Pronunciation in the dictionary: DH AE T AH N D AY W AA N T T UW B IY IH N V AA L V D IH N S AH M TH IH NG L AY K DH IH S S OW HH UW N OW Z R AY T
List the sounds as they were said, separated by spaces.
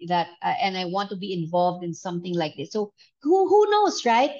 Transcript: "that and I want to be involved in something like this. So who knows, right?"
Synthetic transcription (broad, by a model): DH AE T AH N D AY W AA N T T UW B IY IH N V AA L V D IH N S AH M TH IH NG L AY K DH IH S S OW HH UW N OW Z R AY T